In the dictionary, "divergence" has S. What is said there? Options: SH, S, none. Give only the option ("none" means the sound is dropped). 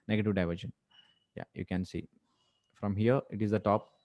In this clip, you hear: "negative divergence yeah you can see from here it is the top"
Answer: none